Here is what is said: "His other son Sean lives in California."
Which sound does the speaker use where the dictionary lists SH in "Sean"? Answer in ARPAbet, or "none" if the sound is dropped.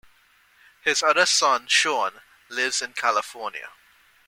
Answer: SH